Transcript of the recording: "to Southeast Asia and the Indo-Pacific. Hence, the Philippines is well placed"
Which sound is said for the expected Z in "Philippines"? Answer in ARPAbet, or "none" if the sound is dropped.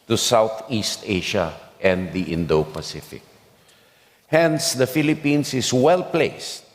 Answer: S